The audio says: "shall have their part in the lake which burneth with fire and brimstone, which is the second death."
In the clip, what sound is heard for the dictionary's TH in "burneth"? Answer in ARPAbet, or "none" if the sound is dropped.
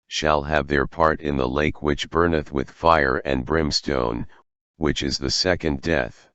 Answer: TH